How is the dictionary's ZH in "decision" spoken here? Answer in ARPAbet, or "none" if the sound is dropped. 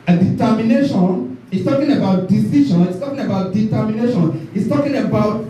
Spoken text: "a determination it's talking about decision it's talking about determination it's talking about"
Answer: SH